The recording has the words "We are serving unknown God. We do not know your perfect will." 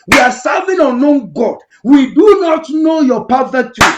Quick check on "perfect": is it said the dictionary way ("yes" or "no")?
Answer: no